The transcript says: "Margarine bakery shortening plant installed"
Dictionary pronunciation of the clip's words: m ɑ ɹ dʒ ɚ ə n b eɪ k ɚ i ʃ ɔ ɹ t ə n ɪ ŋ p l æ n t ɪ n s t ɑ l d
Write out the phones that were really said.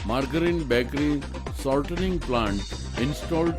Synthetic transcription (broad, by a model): m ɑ ɹ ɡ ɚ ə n b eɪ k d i s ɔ l t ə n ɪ ŋ p l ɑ n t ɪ n s t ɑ l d